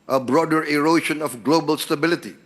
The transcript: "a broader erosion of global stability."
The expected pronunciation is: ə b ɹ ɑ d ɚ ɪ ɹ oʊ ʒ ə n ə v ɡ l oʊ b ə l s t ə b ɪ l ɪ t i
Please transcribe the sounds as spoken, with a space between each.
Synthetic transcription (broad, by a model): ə b ɹ ɑ d ɚ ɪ ɹ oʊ ʃ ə n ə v ɡ l oʊ b ə l s t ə b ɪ l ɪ t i